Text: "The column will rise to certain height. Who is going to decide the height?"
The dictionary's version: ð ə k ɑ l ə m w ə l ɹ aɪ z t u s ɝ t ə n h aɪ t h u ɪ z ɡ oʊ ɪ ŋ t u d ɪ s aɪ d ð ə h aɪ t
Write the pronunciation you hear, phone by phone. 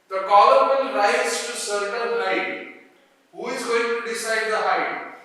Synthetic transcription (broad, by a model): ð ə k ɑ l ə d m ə n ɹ aɪ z t u s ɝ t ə l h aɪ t h u ɪ z ɡ oʊ ɪ ŋ t u d ɪ s aɪ d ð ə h aɪ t